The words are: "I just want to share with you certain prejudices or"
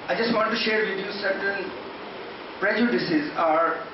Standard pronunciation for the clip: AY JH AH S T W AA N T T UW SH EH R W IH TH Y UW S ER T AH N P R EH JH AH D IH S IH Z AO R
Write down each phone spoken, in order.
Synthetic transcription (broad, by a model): AY JH AH S T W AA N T T UW SH EH R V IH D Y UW S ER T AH L P R EH JH AH D IH S IH Z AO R